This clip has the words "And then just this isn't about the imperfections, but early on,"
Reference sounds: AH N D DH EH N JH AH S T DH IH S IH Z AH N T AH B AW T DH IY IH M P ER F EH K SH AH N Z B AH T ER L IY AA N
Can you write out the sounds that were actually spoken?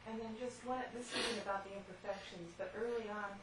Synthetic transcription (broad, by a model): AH N DH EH N JH AH S T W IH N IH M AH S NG AH B AW T DH IY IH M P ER F EH K SH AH N Z B AH T ER L IY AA N